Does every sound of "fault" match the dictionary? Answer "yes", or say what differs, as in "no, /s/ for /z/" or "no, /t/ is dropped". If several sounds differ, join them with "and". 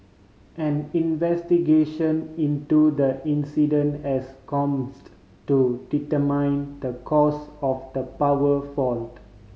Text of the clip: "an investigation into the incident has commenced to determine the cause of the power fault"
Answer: yes